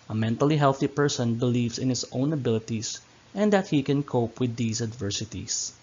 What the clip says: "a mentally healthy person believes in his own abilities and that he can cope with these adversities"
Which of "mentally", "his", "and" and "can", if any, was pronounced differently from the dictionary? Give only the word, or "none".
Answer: his